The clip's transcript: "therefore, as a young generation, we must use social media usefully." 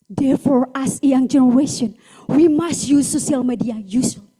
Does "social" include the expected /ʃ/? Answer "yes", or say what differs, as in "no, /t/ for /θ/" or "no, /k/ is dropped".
no, /ʃ/ is dropped